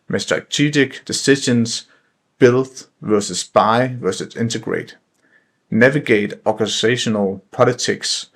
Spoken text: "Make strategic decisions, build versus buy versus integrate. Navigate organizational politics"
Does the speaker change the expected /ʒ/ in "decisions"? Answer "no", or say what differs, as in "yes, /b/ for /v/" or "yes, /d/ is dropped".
yes, /ʃ/ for /ʒ/